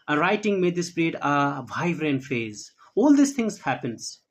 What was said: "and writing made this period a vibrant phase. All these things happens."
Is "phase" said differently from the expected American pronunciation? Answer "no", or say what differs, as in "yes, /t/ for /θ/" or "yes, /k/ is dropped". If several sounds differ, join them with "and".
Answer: no